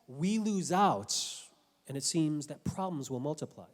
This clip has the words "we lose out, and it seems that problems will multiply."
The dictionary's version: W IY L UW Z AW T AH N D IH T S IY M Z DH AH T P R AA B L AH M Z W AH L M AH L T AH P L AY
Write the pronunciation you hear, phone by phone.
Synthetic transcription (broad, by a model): W IY L UW Z AW T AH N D IH T S IY M Z DH AH T P R AA B L AH M Z W AH L M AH L T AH P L AY